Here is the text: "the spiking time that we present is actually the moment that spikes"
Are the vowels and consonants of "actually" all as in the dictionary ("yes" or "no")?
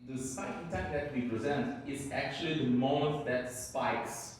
yes